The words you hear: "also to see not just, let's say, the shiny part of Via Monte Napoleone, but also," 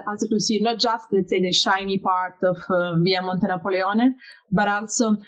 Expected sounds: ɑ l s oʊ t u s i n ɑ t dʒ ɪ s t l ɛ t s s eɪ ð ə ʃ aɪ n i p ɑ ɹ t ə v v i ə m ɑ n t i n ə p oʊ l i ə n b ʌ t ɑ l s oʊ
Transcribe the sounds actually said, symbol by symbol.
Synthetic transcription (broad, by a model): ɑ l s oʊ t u s i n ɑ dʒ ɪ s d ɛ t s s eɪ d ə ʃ aɪ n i p ɑ ɹ t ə f v i ə m ɑ n t i n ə p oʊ l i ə n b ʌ t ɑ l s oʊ